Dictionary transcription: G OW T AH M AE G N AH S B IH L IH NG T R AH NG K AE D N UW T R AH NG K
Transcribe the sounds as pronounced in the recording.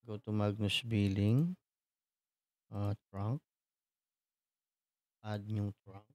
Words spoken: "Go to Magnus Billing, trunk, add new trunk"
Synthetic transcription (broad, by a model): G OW T AH M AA G N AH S B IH L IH NG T R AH NG K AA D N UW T R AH NG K